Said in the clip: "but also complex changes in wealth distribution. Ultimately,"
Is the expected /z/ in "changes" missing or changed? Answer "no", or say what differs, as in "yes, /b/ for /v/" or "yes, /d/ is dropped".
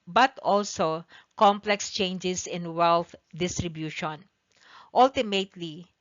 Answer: yes, /s/ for /z/